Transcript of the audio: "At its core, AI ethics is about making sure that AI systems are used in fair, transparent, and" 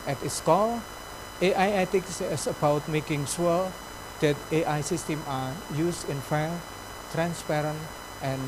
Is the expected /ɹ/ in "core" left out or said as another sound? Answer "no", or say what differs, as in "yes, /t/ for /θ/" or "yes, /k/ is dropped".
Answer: yes, /l/ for /ɹ/